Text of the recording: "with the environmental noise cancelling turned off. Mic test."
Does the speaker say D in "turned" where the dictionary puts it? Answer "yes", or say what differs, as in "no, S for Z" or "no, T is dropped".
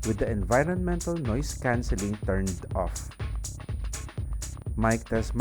yes